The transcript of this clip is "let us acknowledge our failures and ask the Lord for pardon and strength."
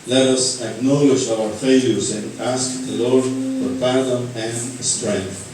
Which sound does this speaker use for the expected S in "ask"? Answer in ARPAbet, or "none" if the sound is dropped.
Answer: S